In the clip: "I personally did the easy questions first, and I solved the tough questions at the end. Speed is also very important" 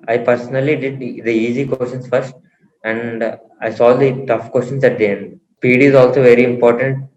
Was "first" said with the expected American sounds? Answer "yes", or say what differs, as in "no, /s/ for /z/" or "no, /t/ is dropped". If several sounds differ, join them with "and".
yes